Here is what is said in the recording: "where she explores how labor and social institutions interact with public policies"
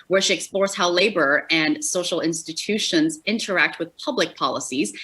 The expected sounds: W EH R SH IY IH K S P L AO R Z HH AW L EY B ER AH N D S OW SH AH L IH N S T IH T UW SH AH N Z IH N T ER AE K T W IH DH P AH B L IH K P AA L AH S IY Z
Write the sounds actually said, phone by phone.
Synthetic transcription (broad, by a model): W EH R SH IY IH K S P L AO R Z HH AW L EY B ER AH N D S OW SH L IH N S T IH T UW SH AH N Z IH N T ER AE K T W IH DH P AH B L IH K P AA L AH S IY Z